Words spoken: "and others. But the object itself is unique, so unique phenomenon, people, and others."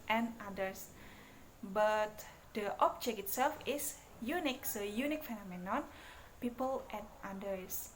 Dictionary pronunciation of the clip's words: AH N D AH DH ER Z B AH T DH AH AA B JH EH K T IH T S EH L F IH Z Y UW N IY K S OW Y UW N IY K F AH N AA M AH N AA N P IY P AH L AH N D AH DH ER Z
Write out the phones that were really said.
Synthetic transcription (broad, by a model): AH N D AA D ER S B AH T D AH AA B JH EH K IH T S EH L F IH S Y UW N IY K S OW Y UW N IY K F AH N AA M AH N AA N P IY P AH L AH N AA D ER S